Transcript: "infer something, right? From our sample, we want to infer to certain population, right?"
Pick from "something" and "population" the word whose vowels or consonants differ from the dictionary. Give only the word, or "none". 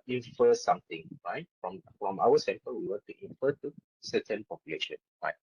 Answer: something